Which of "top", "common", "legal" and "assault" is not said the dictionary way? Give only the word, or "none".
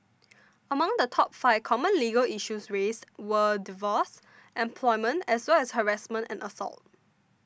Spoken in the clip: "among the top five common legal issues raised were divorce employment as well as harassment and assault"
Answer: none